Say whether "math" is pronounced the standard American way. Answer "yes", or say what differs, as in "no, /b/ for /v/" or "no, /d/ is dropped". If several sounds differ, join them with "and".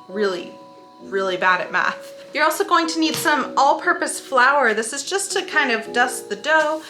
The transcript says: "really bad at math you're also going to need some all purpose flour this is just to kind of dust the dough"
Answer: yes